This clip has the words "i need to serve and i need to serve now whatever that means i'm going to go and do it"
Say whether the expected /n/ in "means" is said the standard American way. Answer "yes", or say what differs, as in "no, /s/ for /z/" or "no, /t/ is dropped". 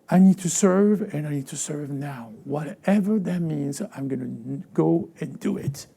yes